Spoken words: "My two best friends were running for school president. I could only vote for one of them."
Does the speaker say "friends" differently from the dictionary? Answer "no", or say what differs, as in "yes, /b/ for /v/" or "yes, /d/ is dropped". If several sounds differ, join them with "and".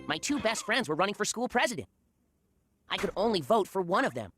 no